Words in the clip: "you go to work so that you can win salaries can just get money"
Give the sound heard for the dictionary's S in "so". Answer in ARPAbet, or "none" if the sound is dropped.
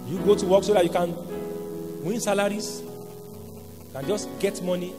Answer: S